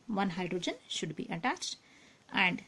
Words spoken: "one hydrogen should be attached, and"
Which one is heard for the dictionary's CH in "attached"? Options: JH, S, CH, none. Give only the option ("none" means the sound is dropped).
CH